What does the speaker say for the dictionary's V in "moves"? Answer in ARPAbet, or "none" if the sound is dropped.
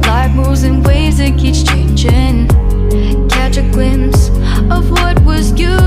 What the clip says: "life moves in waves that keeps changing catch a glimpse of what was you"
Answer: none